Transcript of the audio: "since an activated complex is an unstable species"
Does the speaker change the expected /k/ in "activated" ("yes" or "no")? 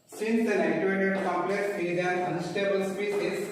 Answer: yes